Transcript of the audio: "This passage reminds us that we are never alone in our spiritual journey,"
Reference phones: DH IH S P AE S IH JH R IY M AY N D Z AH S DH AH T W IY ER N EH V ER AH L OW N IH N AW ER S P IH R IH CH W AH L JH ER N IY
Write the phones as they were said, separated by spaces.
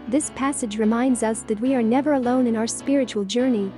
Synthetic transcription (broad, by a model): DH IH S P AE S IH JH R IY M AY N D Z AH S DH AH T W IY ER N EH V ER AH L OW N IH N AW ER S P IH R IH CH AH L JH ER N IY